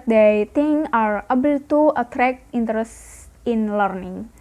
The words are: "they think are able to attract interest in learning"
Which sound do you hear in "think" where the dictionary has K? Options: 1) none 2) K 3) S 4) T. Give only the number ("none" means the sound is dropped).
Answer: 1